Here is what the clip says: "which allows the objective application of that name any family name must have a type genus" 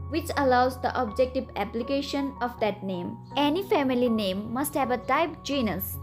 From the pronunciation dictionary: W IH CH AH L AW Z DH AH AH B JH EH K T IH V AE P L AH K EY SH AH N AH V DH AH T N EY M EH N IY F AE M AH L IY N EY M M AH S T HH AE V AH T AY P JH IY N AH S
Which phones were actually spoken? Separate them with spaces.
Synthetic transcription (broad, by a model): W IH CH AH L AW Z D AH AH B JH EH K T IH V AE P L AH K EY SH AH N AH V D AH T N EY M EH N IY F AE M AH L IY N EY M M AH S T HH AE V AH T AY P JH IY N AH S